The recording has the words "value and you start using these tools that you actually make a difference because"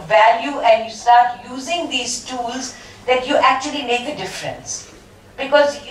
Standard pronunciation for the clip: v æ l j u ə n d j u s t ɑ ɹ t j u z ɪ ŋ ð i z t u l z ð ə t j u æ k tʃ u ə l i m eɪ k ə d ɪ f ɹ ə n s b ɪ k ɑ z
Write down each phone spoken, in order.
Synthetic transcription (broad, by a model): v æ l j u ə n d j u s t ɑ ɹ t j u z ɪ ŋ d i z t u l z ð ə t j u æ k tʃ u ə l i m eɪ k ə d ɪ f ɹ ə n s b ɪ k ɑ z